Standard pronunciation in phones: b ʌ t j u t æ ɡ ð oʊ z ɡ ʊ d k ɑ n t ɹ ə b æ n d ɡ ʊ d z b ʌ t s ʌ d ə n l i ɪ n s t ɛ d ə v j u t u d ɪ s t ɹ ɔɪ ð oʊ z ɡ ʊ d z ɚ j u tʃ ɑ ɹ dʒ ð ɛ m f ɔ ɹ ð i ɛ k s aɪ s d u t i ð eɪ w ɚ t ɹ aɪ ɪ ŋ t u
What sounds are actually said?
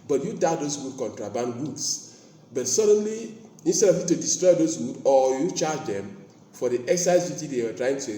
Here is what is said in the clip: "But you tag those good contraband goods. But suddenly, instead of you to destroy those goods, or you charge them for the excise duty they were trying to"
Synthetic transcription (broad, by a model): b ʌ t j u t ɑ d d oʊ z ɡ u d k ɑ n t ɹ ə b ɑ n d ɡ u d s b ʌ t s ʌ d ə n l i ɪ n s t ɛ d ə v j u t u d ɪ s t ɹ ɔɪ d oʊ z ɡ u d ɔ j u tʃ ɑ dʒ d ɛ m f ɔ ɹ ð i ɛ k s aɪ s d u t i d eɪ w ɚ t ɹ aɪ ɪ ŋ t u